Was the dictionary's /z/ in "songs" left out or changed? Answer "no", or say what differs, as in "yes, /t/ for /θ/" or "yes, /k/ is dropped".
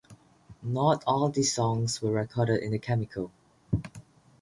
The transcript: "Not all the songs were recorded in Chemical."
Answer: yes, /s/ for /z/